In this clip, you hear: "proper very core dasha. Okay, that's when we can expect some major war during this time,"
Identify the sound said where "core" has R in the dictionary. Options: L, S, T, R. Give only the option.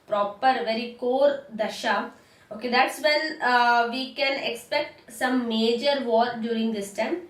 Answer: R